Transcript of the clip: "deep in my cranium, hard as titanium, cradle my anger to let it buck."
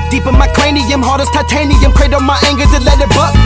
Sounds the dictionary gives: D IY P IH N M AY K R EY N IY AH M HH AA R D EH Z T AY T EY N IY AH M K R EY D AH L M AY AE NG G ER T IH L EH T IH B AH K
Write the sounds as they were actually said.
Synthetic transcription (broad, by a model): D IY P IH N M AY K L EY N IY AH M HH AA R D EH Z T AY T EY N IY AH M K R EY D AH M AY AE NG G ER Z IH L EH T IH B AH